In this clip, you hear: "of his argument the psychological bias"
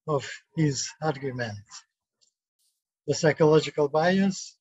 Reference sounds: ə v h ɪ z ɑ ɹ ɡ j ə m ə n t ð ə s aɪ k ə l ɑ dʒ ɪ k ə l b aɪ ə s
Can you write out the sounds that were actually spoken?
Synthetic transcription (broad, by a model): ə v h ɪ z ɑ ɹ ɡ j ə m ə n t ð ə s aɪ k ə l ɑ dʒ ɪ k ə l b aɪ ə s